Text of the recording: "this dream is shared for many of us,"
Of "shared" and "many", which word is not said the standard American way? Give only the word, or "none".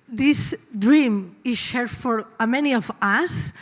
none